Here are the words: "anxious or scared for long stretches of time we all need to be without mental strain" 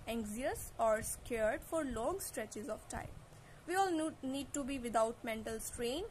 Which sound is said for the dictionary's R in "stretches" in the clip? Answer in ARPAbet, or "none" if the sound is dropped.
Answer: R